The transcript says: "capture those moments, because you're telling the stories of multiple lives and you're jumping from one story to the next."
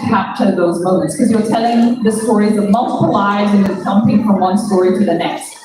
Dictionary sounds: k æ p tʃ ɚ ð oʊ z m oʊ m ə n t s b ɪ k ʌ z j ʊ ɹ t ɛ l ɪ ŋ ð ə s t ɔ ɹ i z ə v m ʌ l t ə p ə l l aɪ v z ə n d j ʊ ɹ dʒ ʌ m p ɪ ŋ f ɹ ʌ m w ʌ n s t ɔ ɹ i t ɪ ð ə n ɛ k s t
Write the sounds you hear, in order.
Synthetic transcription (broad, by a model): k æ p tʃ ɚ ð oʊ z m oʊ m ə n t s k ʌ z j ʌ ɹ t ɛ l ɪ ŋ ð ə s t ɔ ɹ i z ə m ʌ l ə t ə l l aɪ z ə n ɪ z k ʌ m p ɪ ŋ f ɹ ʌ m w ʌ n s t ɔ ɹ i t ɪ ð ə n ɛ k s t